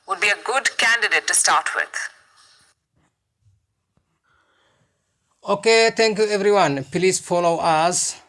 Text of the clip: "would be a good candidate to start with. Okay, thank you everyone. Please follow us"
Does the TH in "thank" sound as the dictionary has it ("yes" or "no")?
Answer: no